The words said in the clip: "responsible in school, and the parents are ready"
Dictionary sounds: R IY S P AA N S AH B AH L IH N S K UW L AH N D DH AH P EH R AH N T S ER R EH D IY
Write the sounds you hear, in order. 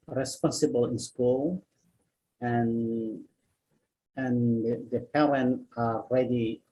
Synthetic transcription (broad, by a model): R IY S P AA N S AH B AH L IH N S K UW L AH N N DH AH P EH R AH N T ER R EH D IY